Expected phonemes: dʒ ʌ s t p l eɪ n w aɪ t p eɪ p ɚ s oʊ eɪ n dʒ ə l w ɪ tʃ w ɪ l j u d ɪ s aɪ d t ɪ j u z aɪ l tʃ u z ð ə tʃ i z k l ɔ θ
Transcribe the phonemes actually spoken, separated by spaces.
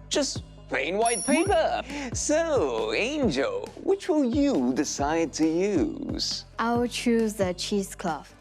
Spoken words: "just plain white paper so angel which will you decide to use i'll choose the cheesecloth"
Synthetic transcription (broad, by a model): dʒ ʌ s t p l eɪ n w aɪ t p eɪ p ɚ s oʊ eɪ n dʒ ə l w ɪ tʃ w ɪ l j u d ɪ s aɪ d t ɪ j u z aɪ w tʃ u z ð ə tʃ i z k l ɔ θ